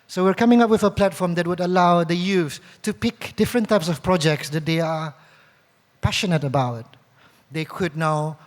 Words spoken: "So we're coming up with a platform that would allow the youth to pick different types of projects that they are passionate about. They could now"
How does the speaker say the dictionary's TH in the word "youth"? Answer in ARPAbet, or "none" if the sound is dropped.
S